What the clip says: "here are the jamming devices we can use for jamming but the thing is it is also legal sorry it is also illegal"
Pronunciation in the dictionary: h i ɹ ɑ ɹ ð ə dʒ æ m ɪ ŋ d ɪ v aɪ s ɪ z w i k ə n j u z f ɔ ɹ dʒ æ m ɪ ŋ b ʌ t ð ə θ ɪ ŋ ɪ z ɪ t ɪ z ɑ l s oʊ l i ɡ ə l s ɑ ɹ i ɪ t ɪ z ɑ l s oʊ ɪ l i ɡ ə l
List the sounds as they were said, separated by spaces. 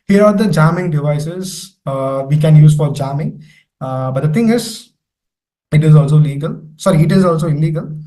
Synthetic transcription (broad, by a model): h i ɹ ɑ ɹ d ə dʒ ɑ m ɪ ŋ d ɪ v aɪ s ɪ z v i k ə n j u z f ɔ ɹ dʒ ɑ m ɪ ŋ b ʌ t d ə t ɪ ŋ ɪ z ɪ t ɪ z ɑ l s oʊ l i ɡ ə l s ɑ ɹ i ɪ t ɪ z ɑ l s oʊ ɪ l i ɡ ə l